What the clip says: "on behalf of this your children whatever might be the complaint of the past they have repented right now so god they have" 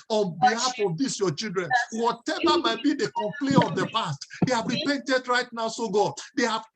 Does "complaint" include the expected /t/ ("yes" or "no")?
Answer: no